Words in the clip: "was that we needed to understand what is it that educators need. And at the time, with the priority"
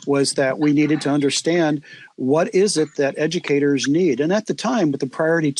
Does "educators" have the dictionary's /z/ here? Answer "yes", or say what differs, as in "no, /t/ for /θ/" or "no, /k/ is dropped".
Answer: yes